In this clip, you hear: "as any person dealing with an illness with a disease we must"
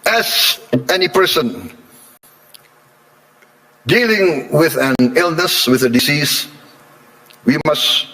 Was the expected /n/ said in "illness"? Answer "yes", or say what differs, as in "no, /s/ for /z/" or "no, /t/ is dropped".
yes